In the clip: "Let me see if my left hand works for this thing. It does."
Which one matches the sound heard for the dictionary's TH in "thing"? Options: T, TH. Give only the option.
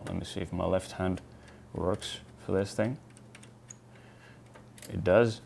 TH